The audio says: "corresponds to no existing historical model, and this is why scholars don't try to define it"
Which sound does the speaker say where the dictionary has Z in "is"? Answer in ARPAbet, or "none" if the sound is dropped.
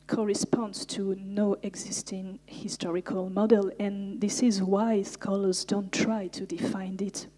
Z